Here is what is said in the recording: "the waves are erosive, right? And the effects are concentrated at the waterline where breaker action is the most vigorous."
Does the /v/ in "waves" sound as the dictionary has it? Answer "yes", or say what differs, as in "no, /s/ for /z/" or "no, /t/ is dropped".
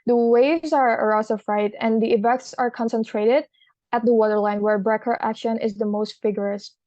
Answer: yes